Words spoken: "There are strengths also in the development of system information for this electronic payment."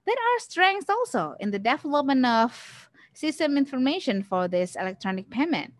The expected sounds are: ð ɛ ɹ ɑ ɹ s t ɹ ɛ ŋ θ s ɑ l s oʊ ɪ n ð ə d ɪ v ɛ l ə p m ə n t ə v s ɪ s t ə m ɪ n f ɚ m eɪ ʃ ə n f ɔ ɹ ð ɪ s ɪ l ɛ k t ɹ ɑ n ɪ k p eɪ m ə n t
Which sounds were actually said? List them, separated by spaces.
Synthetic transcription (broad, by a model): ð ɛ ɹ ɑ ɹ s t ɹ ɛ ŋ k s ɑ l s oʊ ɪ n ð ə d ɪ f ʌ l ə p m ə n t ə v s ɪ s t ə m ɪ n f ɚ m eɪ ʃ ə n f ɔ ɹ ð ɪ s ɪ l ɛ k t ɹ ɑ n ɪ k p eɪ m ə n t